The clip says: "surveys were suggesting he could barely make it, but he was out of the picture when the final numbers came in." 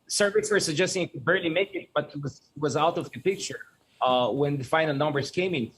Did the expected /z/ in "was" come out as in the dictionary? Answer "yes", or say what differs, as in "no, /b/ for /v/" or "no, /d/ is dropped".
yes